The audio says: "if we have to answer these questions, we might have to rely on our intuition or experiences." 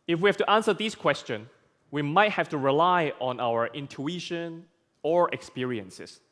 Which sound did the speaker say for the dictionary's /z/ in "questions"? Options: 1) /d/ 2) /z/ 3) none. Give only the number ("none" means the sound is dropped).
3